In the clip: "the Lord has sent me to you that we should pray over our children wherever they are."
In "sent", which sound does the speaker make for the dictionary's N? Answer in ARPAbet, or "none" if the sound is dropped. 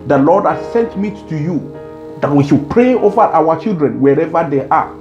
N